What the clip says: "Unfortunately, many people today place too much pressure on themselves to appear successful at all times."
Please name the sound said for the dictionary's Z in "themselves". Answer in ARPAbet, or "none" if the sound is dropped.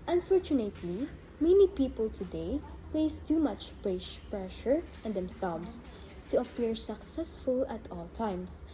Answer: S